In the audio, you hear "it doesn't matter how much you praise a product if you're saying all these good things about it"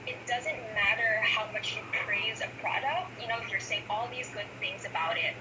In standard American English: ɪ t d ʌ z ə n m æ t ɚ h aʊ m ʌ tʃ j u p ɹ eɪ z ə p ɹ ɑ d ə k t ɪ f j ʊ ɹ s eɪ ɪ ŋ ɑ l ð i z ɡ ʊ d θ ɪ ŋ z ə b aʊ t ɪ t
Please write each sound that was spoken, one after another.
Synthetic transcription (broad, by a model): ɪ t d ʌ z ə n m æ t ɚ h aʊ m ʌ tʃ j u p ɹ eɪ z ə p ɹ ɑ d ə k t ɪ f j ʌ ɹ s eɪ ɪ ŋ ɑ l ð i z ɡ ʊ d θ ɪ ŋ z ə b aʊ t ɪ t